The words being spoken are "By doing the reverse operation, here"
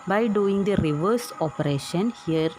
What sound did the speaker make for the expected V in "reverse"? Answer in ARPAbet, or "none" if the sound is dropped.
V